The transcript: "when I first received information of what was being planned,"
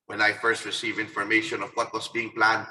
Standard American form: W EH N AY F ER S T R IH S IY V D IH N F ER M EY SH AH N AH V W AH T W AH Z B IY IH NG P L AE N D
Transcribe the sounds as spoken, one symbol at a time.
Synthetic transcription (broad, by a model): W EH N AY F ER S T R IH S IY V IH N F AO M EY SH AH N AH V W AH T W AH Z B IY IH NG P L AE N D